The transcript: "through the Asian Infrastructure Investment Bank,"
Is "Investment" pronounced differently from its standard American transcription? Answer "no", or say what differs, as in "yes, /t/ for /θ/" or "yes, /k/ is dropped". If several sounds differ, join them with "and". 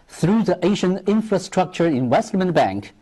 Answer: yes, /w/ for /v/